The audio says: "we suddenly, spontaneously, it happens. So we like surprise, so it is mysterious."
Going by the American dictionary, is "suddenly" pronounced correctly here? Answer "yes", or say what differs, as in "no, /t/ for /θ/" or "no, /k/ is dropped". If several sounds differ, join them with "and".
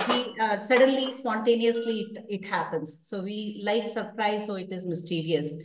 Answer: yes